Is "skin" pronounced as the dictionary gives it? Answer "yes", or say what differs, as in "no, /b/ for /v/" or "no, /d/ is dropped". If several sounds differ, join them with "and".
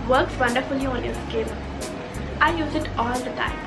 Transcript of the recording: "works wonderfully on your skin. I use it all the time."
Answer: no, /l/ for /n/